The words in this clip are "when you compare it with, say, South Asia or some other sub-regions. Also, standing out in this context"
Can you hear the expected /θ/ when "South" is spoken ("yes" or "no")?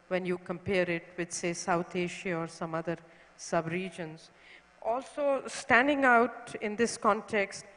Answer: no